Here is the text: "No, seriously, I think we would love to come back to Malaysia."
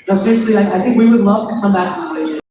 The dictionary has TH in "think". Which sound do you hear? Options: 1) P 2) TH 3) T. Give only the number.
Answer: 2